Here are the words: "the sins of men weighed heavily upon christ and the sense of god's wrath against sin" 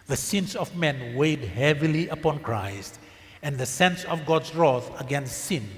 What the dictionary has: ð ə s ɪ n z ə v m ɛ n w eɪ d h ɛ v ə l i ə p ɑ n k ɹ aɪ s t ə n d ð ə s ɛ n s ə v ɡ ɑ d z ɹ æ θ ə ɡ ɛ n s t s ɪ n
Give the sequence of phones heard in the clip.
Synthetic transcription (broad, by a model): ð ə s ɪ n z ə v m ɛ n w eɪ d h ɛ v ə l i ə p ɑ n k ɹ aɪ s t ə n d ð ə s ɛ n s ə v ɡ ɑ d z ɹ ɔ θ ə ɡ ɛ n s t s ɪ n